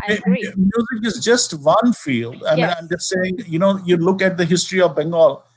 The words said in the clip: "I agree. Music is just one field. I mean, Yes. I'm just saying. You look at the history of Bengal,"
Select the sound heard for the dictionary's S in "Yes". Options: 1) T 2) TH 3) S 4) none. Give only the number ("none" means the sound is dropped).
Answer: 4